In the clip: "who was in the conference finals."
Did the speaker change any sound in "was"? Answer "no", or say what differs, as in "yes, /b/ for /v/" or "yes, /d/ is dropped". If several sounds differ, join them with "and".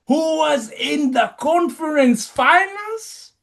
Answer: no